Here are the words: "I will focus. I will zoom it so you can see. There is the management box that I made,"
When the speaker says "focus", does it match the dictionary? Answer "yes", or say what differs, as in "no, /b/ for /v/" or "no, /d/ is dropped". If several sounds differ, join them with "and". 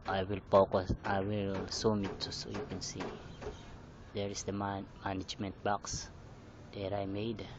no, /p/ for /f/